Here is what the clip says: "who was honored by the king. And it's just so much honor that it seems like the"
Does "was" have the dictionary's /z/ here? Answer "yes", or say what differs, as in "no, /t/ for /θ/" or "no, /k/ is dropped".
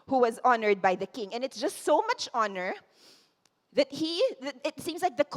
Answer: yes